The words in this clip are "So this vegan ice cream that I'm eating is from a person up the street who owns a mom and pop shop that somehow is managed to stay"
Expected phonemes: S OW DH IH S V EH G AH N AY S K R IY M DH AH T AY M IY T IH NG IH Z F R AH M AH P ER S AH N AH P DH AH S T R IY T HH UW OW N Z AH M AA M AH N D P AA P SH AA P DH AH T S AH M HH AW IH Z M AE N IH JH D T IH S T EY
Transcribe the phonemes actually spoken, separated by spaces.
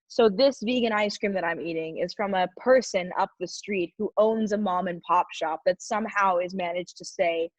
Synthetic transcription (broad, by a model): S OW DH IH S V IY G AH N AY S K R IY M DH AH T AY M IY T IH NG IH Z F R AH M AH P ER S AH N AH P DH AH S T R IY T HH UW OW N Z AH M AA M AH N P AA P SH AA P DH AH T S AH M HH AW IH Z M AE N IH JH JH T IH S EY